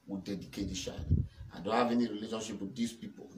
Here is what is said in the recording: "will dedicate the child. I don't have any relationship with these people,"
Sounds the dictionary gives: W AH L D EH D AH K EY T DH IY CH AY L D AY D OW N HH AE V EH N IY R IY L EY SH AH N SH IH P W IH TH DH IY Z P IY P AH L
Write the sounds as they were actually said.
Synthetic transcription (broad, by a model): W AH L D EH D AH K EY T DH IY SH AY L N D OW N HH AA V EH N IY R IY L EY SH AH N SH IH P W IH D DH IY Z P IY P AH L